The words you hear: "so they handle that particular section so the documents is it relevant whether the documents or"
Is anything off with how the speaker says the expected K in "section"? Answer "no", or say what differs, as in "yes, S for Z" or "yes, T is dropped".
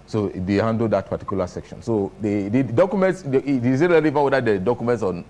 no